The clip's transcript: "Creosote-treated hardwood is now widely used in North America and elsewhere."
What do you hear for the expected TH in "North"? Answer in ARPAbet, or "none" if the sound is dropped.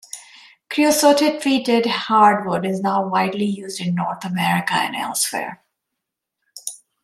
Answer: T